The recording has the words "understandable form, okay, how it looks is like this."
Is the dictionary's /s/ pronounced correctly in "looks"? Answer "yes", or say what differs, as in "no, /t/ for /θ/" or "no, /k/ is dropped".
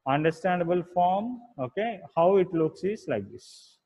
yes